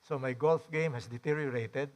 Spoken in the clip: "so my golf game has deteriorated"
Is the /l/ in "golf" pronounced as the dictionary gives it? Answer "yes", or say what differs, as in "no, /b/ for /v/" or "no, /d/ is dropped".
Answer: yes